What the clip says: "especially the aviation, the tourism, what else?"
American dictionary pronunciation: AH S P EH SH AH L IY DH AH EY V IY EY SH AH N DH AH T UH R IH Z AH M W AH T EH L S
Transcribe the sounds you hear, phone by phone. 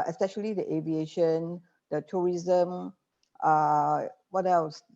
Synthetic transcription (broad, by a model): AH S P EH SH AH L IY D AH EY V IY EY SH AH N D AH T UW R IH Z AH M W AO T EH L S